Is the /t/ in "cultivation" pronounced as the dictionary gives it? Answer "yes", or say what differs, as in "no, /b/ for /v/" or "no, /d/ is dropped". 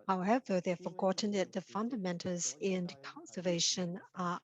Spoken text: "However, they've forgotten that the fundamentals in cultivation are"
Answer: no, /s/ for /t/